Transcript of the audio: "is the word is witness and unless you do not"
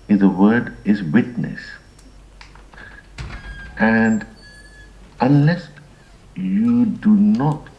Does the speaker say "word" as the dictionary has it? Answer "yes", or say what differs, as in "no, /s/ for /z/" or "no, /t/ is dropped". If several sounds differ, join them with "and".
yes